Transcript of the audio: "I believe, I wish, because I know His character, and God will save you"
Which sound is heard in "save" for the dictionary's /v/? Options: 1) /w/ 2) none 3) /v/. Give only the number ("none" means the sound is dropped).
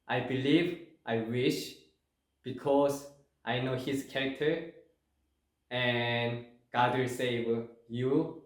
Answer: 1